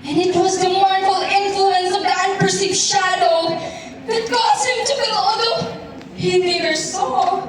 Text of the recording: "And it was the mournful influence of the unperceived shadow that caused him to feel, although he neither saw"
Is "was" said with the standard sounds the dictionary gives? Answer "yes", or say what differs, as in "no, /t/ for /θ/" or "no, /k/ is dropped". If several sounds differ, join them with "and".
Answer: yes